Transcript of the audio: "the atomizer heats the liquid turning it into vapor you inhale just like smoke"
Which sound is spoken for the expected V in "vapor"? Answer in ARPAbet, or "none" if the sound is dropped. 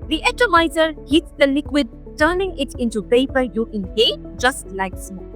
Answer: P